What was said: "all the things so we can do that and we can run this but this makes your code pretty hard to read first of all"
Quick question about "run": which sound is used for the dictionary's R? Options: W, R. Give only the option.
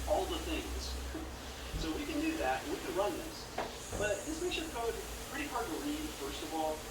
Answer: R